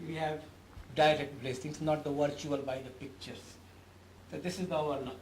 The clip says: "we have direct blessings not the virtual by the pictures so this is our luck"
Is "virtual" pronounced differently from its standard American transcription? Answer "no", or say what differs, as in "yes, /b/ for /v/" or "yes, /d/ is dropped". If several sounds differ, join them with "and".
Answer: no